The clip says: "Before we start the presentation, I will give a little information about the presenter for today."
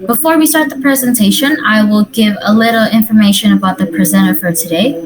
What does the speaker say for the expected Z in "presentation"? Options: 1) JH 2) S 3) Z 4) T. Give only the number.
3